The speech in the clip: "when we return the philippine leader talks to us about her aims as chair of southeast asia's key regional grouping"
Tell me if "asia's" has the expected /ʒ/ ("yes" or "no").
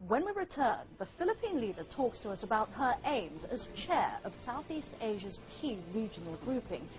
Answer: yes